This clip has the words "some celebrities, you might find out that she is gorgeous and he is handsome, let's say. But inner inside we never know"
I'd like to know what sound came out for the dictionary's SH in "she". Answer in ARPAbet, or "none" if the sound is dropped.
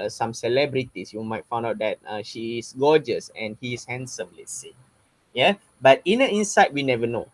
SH